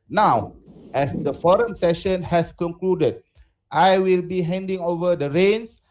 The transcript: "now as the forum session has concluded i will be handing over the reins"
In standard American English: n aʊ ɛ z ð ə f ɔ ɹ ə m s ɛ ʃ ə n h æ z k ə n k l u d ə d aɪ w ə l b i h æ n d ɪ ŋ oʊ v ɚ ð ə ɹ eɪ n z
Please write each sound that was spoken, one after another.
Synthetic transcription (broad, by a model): n aʊ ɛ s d ə f ɔ ɹ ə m s ɛ ʃ ə n h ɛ s k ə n k l u d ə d aɪ w ə l b i h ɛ n d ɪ ŋ oʊ v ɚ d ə ɹ eɪ n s